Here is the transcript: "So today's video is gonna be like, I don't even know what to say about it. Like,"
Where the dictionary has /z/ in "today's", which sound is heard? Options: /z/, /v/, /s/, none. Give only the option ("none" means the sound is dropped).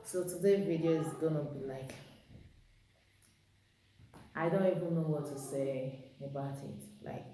none